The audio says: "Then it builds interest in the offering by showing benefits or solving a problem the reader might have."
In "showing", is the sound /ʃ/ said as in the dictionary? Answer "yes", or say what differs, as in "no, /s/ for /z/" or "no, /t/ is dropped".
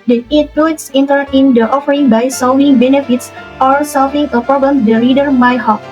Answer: no, /s/ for /ʃ/